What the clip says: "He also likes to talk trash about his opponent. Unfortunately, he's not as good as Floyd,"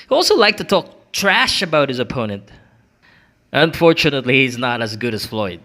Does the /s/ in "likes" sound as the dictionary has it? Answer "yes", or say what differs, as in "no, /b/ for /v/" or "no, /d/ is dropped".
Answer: no, /s/ is dropped